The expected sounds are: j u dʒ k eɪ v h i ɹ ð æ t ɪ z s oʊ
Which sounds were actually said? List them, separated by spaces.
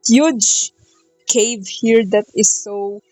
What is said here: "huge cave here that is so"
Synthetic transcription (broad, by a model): j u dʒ k eɪ v h i ɹ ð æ t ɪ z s oʊ